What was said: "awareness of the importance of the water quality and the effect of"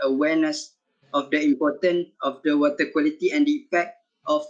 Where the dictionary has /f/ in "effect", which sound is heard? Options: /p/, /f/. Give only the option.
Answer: /p/